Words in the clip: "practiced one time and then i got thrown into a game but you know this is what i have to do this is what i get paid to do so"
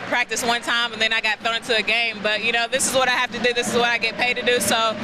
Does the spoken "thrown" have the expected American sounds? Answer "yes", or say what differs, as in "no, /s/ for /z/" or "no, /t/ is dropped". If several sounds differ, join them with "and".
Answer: no, /ɹ/ is dropped